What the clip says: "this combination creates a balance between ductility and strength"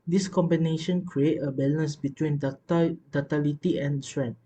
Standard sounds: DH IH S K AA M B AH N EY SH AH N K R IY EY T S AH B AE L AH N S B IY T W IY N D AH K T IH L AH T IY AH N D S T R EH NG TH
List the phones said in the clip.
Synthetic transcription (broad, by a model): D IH S K AA M B AH N EY SH AH N K R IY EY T AH B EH L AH N S B IY T W IY N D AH T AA L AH T IY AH N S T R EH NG